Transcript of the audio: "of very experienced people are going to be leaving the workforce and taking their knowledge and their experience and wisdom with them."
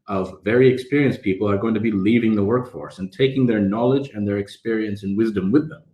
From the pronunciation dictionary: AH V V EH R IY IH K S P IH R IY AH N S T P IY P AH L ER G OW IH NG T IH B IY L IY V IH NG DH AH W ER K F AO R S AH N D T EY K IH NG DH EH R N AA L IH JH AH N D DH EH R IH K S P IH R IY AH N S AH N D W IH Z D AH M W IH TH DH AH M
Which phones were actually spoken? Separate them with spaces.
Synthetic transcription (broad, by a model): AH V V EH R IY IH K S P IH R IY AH N S P IY P L ER G OW IH NG T IH B IY L IY V IH NG DH AH W ER K F AO R S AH N T EY K IH NG DH EH R N AA L IH JH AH N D DH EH R IH K S P IH R IY AH N S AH N W IH Z D AH M W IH DH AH M